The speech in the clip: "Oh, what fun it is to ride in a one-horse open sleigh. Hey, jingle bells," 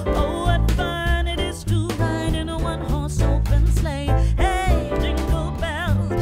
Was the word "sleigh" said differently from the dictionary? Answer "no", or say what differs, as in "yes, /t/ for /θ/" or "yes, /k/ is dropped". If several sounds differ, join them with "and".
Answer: no